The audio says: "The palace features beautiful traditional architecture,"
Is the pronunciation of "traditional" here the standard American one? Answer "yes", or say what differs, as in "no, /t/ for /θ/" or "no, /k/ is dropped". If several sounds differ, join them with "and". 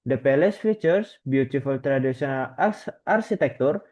no, /s/ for /ʃ/